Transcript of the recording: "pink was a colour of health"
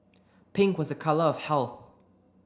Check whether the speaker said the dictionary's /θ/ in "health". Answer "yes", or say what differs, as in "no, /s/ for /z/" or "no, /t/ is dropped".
yes